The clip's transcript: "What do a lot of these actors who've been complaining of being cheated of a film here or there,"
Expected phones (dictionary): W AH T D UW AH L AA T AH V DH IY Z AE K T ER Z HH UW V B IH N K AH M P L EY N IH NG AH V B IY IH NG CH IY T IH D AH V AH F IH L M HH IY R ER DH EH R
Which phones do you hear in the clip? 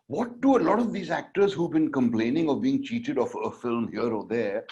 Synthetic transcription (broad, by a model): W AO T D UW AH L AA T AH V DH IY Z AE K T ER Z HH UW V B IH N K AH M P L EY N IH NG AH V B IY IH NG CH IY T IH D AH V AH F IH L M HH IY R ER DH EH R